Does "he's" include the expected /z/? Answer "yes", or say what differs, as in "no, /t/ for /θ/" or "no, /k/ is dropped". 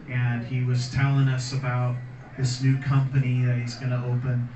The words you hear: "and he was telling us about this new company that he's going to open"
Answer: yes